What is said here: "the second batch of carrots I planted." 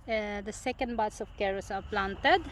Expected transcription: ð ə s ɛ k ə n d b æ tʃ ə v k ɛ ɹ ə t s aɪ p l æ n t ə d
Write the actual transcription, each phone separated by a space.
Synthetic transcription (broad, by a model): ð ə s ɛ k ə n d b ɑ s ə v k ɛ ɹ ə s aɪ p l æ n t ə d